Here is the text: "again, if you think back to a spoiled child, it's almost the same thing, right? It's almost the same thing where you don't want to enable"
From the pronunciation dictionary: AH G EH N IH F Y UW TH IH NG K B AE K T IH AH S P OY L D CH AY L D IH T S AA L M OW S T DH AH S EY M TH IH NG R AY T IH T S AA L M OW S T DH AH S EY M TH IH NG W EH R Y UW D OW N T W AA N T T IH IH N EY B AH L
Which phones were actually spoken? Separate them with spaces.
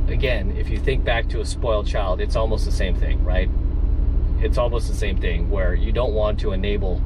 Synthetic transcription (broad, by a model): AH G EH N IH F Y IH TH IH NG K B AE K T IH AH S P OY L D CH AY L D IH T S AA L M OW S T DH AH S EY M TH IH NG R AY T IH T S AA L M OW S T DH AH S EY M TH IH NG W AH R Y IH D OW N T W AA N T T IH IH N EY B L